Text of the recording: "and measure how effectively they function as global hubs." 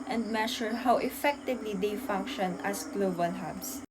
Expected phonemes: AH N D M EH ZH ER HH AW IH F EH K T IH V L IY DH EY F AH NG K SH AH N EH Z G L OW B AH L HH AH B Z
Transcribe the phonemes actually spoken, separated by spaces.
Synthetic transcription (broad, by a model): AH N D M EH SH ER HH AW IH F EH K T IH V L IY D EY F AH NG K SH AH N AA S G L OW B AH L HH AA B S